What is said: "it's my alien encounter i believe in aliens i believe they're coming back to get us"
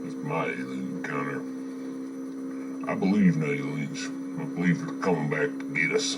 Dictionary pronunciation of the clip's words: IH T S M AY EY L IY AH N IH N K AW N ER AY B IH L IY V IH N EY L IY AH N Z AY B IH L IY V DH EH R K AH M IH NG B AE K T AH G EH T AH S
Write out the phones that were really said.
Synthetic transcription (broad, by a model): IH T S M AY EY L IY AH IH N AH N AY B IH L IY V N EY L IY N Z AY B IH L IY V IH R K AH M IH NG B AE K T AH G EH T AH S